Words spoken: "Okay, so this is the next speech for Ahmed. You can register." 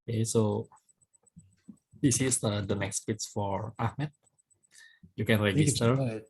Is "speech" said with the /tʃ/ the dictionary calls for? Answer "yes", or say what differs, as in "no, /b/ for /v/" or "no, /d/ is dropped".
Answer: no, /s/ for /tʃ/